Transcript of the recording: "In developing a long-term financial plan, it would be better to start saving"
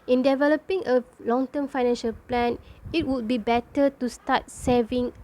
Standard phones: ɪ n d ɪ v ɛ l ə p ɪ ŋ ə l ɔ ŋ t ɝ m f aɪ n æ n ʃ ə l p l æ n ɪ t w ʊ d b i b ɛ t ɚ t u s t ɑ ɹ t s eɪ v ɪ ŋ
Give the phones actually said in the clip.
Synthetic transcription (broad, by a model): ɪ n d ɪ v ɛ l ə p ɪ ŋ ə l ɔ ŋ t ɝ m f aɪ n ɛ n ʃ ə l p l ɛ n ɪ t w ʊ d b i b ɛ t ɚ t u s t ɑ t s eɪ v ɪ ŋ